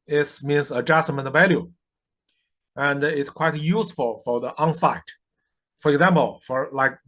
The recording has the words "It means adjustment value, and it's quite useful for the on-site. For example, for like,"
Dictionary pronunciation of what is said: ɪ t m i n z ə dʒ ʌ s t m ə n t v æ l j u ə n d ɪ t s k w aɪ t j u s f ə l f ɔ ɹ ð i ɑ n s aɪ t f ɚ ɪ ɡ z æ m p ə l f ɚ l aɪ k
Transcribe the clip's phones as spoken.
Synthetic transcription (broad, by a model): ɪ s m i n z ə dʒ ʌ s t m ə n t v æ l j u ə n d ɪ t s k w aɪ t j u s f ə l f ɔ ɹ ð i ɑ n s aɪ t f ɚ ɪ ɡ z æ m p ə l f ɚ l aɪ k